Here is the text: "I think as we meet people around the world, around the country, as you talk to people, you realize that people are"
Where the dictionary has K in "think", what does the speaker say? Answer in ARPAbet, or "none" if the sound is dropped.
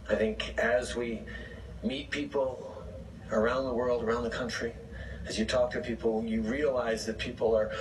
K